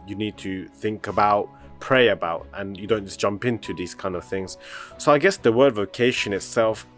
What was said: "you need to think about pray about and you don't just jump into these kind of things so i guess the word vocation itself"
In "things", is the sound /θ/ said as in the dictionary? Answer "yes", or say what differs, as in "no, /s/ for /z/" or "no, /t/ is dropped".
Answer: yes